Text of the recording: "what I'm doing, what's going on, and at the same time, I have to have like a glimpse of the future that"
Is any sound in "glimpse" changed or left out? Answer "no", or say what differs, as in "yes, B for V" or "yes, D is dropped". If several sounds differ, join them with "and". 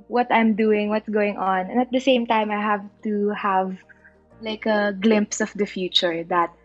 no